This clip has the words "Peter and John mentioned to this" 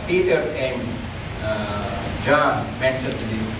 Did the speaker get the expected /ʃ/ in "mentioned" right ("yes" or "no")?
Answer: no